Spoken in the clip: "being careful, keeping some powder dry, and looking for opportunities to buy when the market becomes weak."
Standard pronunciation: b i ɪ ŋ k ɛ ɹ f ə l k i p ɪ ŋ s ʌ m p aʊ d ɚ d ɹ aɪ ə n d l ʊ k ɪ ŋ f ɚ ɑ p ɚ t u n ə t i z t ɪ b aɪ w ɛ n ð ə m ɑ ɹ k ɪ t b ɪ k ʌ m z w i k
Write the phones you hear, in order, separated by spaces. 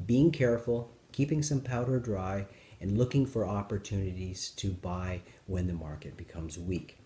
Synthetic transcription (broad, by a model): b i ɪ ŋ k ɛ ɹ f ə l k i p ɪ ŋ s ʌ m p aʊ d ɚ d ɹ aɪ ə n l ʊ k ɪ ŋ f ɚ ɑ p ɚ t u n ə t i z t ɪ b aɪ w ɛ n ð ə m ɑ ɹ k ɪ t b ɪ k ʌ m z w i k